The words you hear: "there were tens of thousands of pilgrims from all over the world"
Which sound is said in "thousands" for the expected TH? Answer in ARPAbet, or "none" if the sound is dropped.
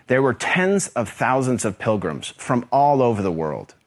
TH